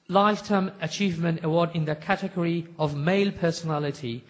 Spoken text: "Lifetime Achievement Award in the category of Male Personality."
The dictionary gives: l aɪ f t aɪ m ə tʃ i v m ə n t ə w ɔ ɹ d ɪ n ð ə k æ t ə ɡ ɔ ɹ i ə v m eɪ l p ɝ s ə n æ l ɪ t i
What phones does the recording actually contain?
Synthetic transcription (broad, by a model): l aɪ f t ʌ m ə tʃ i v m ə n t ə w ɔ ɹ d ɪ n ð ə k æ t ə ɡ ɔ ɹ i ə v m eɪ l p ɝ s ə n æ l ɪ t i